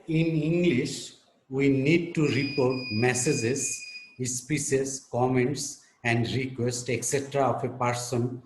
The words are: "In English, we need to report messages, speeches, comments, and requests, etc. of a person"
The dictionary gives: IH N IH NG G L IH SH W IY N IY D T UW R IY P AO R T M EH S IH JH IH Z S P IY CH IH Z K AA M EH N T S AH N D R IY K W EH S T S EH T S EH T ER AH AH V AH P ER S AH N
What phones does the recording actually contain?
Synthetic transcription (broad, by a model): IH N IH NG G L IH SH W IY N IY D T UW R IY P AO R T M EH S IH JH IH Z S P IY S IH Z K AA M EH N T S AH N D R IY K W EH S T EH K S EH T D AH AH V AH P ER S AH N